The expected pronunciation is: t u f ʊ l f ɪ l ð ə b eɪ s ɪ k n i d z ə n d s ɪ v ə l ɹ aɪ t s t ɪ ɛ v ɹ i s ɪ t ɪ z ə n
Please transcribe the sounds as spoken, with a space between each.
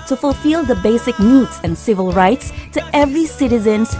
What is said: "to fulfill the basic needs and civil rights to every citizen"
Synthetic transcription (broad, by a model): t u f ʊ l f ɪ l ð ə b eɪ s ɪ k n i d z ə n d s ɪ v ə l ɹ aɪ t s t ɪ ɛ v ɹ i s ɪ t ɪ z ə n